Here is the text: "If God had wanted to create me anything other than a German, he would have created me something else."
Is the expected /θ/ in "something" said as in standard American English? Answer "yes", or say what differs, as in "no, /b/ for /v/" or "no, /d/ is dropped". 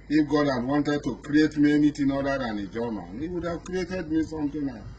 no, /t/ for /θ/